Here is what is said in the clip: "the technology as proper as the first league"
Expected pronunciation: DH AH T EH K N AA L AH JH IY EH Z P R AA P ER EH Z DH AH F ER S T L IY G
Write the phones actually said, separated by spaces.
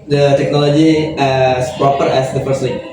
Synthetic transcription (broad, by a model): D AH T EH K N AA L AH JH IY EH S P R AA P ER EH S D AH P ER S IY